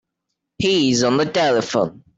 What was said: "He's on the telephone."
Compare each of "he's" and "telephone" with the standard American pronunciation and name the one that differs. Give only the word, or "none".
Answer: none